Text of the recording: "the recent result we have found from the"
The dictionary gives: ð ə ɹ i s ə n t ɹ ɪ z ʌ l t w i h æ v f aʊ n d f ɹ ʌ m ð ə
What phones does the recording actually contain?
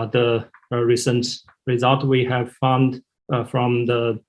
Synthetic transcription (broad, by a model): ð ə ɹ i s ə n t ɹ ɪ z ʌ l t w i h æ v f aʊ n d f ɹ ʌ m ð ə